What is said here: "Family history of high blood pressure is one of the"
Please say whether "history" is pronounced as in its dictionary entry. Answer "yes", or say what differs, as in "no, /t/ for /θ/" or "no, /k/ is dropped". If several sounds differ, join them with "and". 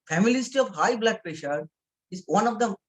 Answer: no, /ɹ/ is dropped